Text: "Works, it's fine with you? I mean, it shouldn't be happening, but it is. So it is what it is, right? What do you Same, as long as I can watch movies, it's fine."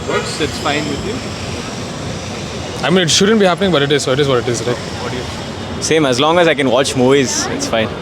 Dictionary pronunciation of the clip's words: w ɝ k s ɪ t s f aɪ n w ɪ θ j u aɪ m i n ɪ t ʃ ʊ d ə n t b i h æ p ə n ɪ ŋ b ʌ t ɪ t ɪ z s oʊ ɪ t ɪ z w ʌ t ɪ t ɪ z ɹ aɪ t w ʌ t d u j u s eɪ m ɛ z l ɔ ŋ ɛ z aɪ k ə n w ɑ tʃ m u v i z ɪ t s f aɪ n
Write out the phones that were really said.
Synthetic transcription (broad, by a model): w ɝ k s ɪ t s f aɪ n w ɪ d j u aɪ m i n ɪ t ʃ ʊ d ə n t b i h æ p ə n ɪ ŋ b ʌ t ɪ t ɪ z s oʊ ɪ t ɪ z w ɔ t ɪ t ɪ z ɹ aɪ t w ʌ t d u j u s eɪ m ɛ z l ɔ ŋ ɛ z aɪ k ə n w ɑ tʃ m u i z ɪ t s f aɪ n